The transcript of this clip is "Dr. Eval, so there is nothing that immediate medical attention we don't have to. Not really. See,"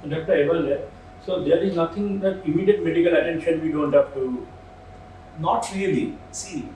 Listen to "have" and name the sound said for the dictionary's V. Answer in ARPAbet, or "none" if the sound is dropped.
P